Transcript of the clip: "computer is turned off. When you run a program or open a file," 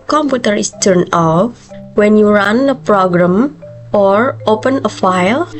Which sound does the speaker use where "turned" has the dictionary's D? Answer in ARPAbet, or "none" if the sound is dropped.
none